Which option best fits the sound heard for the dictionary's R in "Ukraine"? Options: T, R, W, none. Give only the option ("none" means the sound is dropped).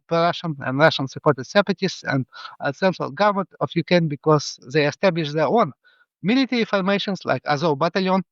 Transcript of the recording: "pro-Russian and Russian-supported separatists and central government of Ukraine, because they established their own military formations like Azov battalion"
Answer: none